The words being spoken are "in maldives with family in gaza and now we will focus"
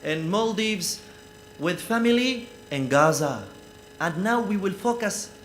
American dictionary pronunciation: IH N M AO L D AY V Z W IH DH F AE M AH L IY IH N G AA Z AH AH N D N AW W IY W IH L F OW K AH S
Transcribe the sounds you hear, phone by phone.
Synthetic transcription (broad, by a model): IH N M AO L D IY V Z W IH DH F AE M AH L IY IH N G AA Z AH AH N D N AW W IY W IH L F OW K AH S